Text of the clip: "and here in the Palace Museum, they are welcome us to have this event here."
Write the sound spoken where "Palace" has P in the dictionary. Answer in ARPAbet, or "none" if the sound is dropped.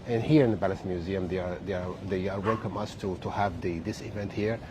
B